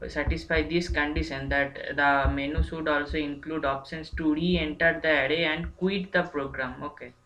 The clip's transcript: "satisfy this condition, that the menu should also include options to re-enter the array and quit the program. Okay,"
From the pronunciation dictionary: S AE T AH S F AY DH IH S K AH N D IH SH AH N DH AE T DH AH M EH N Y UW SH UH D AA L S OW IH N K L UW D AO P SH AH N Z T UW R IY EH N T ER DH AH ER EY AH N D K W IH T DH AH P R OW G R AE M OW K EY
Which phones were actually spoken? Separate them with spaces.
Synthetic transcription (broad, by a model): S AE T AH S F AY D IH S K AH N D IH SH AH N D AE T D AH M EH N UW S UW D AA L S OW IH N K L UW D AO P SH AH N S T UW R IY EH N T ER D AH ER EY AH N D K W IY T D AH P R OW G R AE M OW K EY